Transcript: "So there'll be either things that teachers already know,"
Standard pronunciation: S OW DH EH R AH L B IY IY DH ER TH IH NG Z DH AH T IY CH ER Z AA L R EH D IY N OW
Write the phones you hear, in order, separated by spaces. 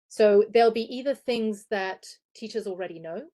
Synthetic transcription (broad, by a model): S OW DH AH L B IY IY DH ER TH IH NG Z DH AH T IY CH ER Z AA L R EH D IY N OW